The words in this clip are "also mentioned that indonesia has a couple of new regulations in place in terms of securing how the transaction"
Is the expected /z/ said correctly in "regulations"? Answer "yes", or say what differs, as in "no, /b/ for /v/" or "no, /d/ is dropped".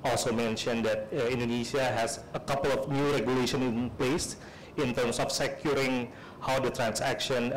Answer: no, /z/ is dropped